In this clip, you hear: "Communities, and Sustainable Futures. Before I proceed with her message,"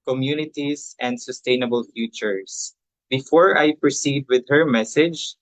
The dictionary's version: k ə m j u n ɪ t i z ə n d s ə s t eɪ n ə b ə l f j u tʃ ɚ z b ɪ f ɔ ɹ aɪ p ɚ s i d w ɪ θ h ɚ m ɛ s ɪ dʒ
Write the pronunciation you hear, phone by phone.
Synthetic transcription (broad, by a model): k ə m j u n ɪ t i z ə n d s ə s t eɪ n ə b ə l f j u tʃ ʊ s b ɪ f ɔ ɹ aɪ p ɚ s i d w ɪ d h ɚ m ɛ s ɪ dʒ